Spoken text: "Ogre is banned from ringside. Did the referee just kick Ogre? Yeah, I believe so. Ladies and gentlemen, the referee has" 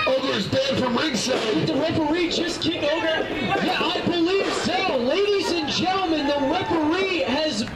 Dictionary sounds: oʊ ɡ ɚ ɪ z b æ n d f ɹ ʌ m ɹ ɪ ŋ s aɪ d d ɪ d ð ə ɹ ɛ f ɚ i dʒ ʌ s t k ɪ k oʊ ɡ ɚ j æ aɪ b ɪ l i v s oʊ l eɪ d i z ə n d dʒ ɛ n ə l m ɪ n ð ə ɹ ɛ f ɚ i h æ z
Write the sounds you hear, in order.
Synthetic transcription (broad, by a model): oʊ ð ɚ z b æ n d f ɹ ʌ m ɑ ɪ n s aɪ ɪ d ð ə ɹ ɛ p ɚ i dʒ ʌ s k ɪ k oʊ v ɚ j æ aɪ b ɪ l i v s oʊ l eɪ d i z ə n dʒ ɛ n l m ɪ n ð ə w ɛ p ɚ i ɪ z